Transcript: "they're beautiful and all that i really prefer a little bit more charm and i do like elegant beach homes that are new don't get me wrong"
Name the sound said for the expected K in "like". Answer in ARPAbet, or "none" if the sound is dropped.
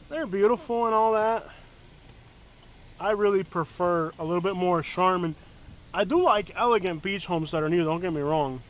K